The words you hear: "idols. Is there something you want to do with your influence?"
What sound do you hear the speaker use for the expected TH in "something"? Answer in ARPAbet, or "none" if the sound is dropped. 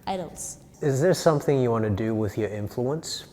TH